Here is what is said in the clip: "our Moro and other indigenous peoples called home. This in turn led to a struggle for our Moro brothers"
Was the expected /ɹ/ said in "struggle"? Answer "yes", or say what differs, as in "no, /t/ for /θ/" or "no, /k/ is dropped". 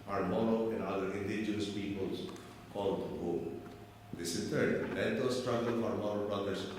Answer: yes